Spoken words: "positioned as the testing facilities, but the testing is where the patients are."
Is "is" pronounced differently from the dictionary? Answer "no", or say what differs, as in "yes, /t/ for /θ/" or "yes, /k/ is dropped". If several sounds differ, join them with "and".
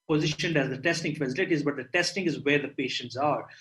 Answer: no